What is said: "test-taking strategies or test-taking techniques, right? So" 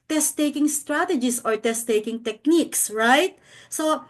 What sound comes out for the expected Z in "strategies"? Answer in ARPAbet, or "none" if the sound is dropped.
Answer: S